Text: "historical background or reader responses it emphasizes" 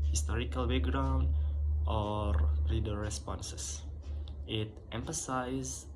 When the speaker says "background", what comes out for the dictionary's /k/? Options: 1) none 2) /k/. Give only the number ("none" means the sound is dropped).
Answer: 1